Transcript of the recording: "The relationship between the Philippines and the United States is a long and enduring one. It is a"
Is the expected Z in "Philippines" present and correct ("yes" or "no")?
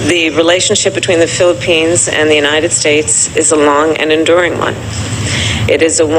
yes